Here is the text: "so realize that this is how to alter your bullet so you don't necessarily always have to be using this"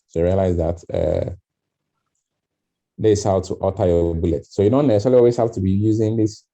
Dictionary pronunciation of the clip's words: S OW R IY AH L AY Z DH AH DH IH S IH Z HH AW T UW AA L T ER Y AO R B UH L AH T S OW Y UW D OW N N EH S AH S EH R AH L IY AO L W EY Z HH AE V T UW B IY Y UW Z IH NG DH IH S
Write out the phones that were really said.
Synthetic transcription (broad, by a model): S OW R IY AH L AY Z DH AH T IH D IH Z HH AW T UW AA T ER Y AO B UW L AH T S OW Y UW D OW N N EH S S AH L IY AO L W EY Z HH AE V T UW B IY Y UW Z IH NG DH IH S